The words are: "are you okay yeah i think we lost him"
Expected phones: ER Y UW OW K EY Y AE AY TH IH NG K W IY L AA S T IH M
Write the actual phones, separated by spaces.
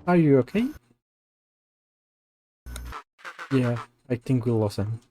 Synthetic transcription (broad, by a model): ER Y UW OW K EY Y AE AY TH IH NG K W IY L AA S IH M